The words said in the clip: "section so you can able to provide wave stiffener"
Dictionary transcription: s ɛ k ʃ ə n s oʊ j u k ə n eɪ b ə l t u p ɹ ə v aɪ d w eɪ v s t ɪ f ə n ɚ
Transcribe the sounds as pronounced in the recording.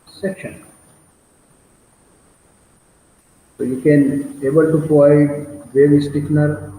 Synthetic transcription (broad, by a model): s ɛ k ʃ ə n s oʊ j u k ə n eɪ b ə l t u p ə ɪ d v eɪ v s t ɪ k n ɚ